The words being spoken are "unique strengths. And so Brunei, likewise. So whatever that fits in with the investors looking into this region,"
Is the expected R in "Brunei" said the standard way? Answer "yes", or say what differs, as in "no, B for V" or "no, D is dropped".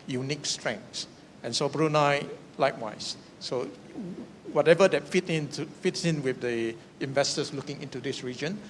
yes